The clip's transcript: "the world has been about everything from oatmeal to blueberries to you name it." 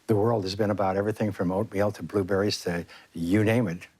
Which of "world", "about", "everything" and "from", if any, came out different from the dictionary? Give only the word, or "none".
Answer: none